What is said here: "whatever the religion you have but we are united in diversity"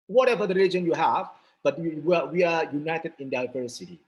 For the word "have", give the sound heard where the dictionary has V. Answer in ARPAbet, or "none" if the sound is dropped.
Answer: V